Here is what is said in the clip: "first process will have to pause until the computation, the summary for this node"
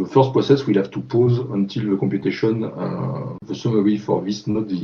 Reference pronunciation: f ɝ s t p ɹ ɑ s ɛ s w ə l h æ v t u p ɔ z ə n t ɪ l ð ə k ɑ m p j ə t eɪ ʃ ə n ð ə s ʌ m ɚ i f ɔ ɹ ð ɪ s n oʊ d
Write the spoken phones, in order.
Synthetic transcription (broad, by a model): f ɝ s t p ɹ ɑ s ɛ s w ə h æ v t u p ɔ z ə n t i l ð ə k ɑ p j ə t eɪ ʃ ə n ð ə s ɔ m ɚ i f ɔ ɹ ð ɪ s n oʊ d